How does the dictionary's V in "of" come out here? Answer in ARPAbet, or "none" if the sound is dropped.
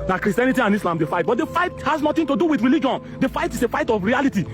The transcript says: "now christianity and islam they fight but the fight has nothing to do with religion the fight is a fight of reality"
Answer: F